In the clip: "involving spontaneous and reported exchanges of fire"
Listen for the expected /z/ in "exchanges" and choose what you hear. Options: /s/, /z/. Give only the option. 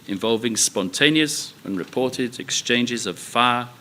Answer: /z/